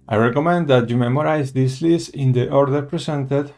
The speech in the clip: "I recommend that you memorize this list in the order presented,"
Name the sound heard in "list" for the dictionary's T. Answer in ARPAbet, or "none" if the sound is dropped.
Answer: none